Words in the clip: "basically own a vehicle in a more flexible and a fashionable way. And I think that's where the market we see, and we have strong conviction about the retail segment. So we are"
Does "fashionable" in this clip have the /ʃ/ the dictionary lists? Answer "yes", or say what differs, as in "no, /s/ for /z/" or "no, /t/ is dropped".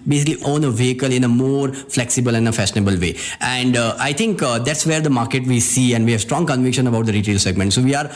no, /s/ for /ʃ/